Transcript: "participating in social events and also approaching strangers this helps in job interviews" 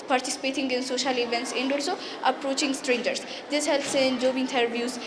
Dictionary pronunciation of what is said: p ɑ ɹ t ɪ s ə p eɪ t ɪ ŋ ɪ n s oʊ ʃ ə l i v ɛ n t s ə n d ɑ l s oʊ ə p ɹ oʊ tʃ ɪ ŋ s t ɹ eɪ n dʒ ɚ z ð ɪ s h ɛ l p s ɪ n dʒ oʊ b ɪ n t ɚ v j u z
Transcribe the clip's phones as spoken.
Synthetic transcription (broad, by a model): p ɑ ɹ t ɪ s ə p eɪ t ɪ ŋ ɪ n s oʊ ʃ ə l i v ɛ n t s ə n d ɑ l s oʊ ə p ɹ oʊ tʃ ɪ ŋ s t ɹ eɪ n dʒ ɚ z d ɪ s h ɛ l p s ɪ n dʒ oʊ b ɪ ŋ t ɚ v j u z